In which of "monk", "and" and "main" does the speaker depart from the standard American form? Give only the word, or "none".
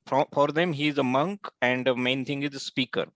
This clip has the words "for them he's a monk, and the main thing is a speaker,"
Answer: none